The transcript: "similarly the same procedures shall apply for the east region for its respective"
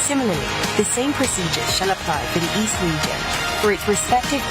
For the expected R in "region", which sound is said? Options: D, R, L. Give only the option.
L